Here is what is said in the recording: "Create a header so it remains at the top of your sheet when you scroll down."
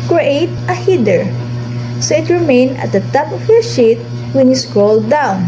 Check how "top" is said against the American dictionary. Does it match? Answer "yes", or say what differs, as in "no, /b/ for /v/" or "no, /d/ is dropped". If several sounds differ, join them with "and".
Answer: yes